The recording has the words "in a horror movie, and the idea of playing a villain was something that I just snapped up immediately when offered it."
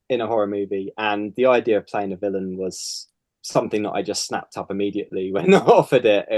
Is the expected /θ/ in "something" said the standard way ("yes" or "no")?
yes